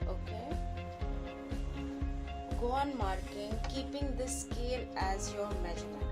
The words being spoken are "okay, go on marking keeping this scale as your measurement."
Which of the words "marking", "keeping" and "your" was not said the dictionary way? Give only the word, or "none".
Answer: none